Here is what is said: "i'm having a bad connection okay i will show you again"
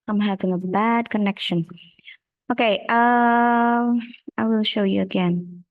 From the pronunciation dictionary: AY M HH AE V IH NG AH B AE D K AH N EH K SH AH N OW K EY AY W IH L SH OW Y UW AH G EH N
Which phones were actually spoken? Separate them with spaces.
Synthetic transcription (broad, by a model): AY M HH AE V IH NG AH B AE D K AH N EH K SH AH N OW K EY AY W IH L SH OW Y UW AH G EH N